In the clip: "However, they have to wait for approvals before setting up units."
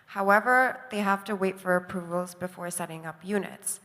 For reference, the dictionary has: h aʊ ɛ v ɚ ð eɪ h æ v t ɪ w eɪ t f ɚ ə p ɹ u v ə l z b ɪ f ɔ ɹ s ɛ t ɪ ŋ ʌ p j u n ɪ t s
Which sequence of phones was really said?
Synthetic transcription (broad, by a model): h aʊ ɛ v ɚ ð eɪ h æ f t ɪ w eɪ t f ɚ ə p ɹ u v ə l z b ɪ f ɔ ɹ s ɛ t ɪ ŋ ʌ p j u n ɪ t s